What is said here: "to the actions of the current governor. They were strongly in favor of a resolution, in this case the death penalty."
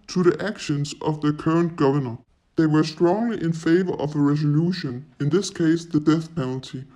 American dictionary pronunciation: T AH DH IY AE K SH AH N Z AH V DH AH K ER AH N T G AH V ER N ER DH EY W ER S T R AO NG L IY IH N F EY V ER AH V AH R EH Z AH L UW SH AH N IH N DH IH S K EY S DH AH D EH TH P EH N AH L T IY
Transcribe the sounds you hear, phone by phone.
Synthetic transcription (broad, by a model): T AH DH IY AE K SH AH N Z AH V DH AH K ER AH N G AH V ER N ER DH EY W ER S T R AO NG L IY IH N F EY V ER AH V AH R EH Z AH L UW SH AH N IH N DH IH S K EY S DH AH D EH TH P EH N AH L T IY